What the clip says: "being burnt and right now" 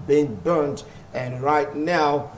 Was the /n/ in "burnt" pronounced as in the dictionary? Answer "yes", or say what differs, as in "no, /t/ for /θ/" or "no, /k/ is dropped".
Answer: yes